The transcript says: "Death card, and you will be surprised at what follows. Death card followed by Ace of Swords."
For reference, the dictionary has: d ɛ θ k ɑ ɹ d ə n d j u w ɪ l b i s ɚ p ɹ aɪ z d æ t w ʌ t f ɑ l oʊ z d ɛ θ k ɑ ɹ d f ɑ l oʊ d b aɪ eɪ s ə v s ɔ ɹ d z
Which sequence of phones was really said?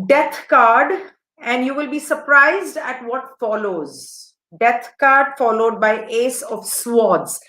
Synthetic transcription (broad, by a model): d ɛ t k ɑ ɹ d ə n d j u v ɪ l b i s ɚ p ɹ aɪ z d æ t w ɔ t f ɑ l oʊ z d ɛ t k ɑ ɹ d f ɑ l oʊ d b aɪ eɪ s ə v s ɔ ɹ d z